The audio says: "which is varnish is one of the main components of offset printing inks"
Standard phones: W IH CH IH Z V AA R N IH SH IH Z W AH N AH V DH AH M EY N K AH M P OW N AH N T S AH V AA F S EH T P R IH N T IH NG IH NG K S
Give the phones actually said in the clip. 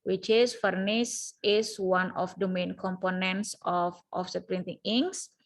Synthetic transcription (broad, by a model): W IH CH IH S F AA R N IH S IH S W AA N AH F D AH M EY N K AH M P OW N AH N T S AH F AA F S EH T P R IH N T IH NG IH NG S